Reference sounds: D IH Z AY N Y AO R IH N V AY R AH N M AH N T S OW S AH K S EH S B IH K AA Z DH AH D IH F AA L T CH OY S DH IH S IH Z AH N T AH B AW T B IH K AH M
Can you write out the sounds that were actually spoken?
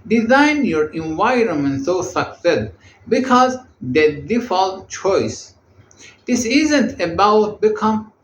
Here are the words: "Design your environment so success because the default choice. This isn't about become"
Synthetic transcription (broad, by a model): D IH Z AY N Y AO R IH N V AY R AH N M AH N T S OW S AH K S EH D B IH K AA Z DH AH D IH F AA L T CH OY S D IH S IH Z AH N T AH B AW T B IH K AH M